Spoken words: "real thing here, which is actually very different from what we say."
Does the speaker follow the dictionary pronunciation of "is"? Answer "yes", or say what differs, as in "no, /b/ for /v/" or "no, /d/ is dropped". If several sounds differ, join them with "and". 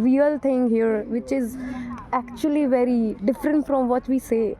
yes